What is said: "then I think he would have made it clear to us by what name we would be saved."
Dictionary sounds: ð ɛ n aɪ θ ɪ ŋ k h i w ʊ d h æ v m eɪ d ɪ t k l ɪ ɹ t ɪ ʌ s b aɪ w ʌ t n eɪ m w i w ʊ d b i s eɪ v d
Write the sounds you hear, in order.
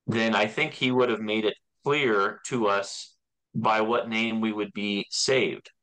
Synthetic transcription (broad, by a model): ð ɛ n aɪ θ ɪ ŋ k h i w ʊ d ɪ v m eɪ d ɪ t k l ɪ ɹ t ɪ ʌ s b aɪ w ʌ t n eɪ m w i w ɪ d b i s eɪ v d